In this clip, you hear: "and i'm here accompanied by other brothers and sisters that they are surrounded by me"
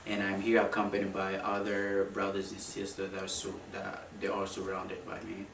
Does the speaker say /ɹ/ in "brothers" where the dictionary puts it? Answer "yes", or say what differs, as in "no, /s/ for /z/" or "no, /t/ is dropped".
yes